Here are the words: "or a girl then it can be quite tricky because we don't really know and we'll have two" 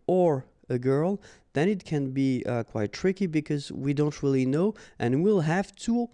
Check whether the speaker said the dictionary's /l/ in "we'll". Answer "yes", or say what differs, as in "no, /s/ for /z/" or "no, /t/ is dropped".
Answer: yes